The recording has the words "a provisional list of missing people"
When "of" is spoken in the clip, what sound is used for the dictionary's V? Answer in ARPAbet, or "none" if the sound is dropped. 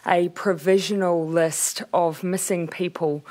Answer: V